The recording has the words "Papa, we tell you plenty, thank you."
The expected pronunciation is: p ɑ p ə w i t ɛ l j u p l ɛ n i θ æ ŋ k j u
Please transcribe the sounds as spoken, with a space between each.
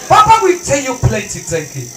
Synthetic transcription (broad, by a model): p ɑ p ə w i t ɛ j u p l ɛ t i t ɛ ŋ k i